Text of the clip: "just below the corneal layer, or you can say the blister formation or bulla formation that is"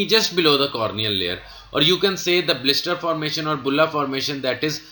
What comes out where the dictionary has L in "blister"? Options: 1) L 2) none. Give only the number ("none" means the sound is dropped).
1